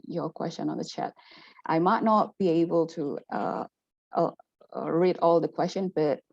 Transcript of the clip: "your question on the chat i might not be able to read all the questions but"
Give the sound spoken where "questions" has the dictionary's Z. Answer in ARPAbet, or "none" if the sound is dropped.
none